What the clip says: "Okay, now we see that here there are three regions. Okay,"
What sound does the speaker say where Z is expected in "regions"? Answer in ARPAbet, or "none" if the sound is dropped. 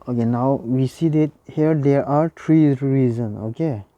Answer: none